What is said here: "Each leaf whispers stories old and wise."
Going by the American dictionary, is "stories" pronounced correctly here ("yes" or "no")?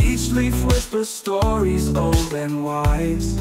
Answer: yes